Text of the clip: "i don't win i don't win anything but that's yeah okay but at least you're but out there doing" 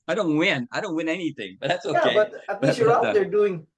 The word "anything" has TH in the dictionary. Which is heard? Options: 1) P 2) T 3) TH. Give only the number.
3